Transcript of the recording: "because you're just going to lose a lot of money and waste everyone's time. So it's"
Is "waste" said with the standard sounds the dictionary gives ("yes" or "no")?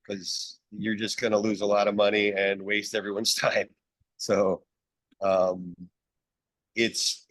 yes